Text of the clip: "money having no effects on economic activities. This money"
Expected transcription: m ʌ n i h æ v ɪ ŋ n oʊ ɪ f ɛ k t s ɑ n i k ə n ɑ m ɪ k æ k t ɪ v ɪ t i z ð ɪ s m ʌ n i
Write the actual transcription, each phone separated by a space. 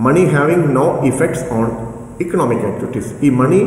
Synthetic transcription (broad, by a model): m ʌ n i h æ v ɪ ŋ n oʊ ɪ f ɛ k t s ɑ n i k ə n ɑ m ɪ k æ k t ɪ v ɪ t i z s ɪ m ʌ n i